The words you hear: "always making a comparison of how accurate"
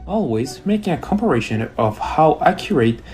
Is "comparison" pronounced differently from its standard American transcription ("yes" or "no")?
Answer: yes